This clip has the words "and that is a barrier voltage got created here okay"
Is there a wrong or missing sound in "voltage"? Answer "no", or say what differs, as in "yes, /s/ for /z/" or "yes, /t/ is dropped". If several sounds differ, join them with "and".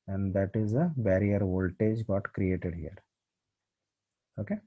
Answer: no